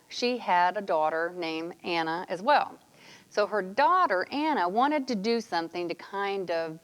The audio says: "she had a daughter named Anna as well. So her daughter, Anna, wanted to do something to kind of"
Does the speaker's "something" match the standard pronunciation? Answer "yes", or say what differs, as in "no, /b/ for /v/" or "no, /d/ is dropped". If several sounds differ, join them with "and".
yes